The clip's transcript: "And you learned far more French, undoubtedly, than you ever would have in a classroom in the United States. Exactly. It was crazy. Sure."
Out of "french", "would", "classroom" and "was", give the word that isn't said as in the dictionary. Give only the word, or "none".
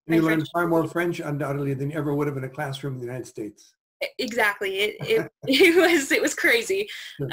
none